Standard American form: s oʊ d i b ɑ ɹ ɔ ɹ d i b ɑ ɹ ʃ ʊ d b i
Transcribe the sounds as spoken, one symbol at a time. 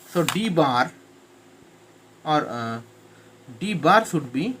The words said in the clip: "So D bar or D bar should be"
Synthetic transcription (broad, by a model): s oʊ d i b ɑ ɹ ɔ ɹ d i b ɑ ɹ s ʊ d b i